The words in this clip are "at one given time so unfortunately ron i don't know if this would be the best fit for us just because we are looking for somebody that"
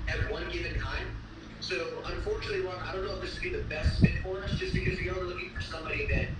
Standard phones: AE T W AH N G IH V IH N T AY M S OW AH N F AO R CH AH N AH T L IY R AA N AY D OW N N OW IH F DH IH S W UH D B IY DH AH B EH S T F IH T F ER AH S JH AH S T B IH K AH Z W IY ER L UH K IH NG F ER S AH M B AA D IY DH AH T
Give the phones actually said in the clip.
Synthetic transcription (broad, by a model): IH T W AH N G IH V IH N T AY M S OW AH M F AO R CH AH N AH T L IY W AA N AY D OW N N OW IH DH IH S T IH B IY DH AH B EH S T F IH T F ER AH S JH AH S B IH K AH Z W IY ER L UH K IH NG F ER S AH M B AA D IY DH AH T